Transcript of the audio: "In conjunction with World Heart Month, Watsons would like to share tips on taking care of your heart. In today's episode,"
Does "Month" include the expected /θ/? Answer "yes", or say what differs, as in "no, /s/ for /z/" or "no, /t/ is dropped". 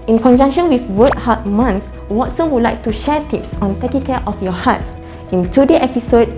no, /s/ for /θ/